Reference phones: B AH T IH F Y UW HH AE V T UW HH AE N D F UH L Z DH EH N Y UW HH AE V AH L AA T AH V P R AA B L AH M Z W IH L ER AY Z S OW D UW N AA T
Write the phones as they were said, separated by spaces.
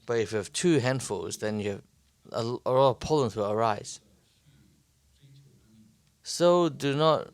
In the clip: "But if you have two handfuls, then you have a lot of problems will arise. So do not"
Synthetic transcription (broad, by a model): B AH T IH F Y UW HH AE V T UW HH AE N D F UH L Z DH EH N Y UW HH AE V AH L AA T AH V P AA L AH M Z W IH L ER AY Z S OW D UW N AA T